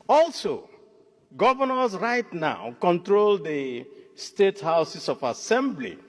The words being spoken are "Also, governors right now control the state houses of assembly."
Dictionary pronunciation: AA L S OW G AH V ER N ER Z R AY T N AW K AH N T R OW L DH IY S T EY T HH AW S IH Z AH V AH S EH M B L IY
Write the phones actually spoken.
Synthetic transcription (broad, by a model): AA L S OW G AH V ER N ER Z R AY T N AW K AH N T R OW L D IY S T EY T HH AW S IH S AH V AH S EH M B L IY